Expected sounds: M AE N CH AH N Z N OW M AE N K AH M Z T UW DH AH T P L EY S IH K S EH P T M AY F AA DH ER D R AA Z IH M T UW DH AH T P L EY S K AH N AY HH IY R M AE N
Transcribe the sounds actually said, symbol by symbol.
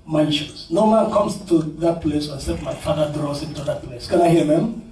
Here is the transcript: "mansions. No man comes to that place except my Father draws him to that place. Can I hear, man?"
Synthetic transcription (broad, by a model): M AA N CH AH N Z N OW M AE N K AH M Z T UW DH AH T P L EY S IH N S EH T M AY F AA DH ER D R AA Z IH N T UW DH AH T P L EY S K AH N AY HH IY M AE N